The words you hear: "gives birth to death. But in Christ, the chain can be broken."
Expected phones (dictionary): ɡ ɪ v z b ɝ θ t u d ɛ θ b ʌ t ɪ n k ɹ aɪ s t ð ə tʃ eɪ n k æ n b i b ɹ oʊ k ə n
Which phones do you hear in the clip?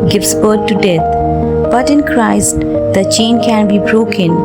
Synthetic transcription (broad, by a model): ɡ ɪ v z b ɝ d t u d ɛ t b ʌ t ɪ n k ɹ aɪ s t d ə tʃ eɪ n k æ n b i b ɹ oʊ k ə n